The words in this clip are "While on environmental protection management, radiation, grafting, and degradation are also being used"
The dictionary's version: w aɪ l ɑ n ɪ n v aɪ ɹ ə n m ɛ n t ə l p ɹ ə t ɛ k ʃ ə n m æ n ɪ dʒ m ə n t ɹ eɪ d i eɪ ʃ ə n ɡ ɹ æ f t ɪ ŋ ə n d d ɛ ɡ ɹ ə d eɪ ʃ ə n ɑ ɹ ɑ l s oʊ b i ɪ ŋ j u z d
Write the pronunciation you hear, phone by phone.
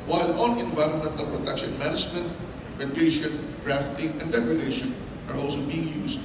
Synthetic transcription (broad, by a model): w aɪ l ɑ n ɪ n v aɪ ɹ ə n m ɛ n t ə p ɹ ə t ɛ k ʃ ə n m æ n ɪ dʒ m ə n t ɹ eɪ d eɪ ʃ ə n ɡ ɹ æ f t ɪ ŋ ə n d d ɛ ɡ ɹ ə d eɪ ʃ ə n ɑ ɹ ɑ l s oʊ b i ɪ ŋ j u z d